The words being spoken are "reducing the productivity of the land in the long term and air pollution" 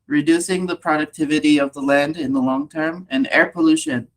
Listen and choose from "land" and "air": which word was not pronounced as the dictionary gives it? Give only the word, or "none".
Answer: none